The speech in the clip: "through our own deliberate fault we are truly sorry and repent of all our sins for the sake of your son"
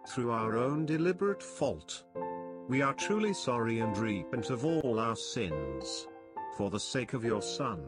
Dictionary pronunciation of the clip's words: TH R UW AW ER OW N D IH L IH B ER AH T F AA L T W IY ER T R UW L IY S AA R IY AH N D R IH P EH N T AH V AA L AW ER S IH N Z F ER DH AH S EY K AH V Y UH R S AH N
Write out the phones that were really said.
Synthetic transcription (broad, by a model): TH R UW AW ER OW N D IH L IH B ER AH T F AA L T W IY ER T R UW L IY S AA R IY AH N D R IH P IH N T AH V AA L AW ER S IH N Z F ER DH AH S EY K AH V Y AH R S AH N